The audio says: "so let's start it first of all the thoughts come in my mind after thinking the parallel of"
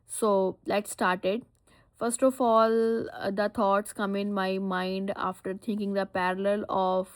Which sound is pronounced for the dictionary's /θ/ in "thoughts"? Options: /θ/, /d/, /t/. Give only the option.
/t/